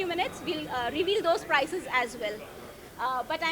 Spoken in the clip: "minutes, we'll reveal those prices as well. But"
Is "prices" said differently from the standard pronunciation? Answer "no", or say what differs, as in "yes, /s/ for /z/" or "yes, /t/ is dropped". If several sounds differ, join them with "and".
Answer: no